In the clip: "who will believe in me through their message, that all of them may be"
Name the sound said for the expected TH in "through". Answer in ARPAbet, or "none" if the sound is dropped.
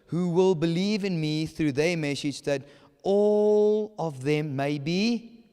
TH